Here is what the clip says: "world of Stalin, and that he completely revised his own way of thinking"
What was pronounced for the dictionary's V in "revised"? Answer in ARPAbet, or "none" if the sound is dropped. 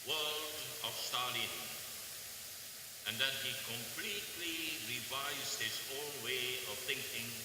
V